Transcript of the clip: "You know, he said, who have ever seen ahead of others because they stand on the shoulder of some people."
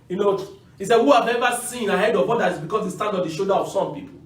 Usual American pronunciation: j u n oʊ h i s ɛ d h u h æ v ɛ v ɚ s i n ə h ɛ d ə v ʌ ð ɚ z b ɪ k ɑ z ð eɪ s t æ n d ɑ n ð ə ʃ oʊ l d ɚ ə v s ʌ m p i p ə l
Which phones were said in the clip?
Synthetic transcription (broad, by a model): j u n oʊ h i s ɛ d h u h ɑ v ɛ v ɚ s i n ə h ɛ d ə v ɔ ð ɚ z b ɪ k ɑ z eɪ s t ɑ n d ɑ n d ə ʃ oʊ d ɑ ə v s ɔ m p i p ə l